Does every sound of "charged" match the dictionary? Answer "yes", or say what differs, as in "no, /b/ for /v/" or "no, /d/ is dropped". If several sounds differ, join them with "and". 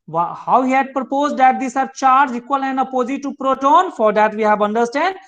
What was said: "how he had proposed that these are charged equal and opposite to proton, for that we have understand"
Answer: no, /d/ is dropped